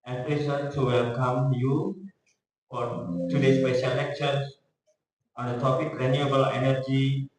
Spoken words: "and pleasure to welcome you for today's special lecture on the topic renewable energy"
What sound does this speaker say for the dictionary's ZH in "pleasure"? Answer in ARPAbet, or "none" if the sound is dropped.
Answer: S